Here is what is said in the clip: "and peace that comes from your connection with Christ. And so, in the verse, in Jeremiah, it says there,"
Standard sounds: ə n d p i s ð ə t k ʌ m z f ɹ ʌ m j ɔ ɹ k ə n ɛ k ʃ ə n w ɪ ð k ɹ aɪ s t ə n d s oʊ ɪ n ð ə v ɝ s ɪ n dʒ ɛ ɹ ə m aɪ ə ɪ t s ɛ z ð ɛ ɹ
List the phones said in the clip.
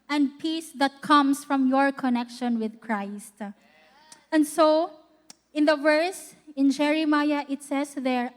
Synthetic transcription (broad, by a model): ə n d p i s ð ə t k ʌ m s f ɹ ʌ m j ɔ ɹ k ə n ɛ k ʃ ə n w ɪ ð k ɹ aɪ s t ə n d s oʊ ɪ n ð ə v ɝ s ɪ n dʒ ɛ ɹ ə m aɪ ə ɪ t s ɛ s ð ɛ ɹ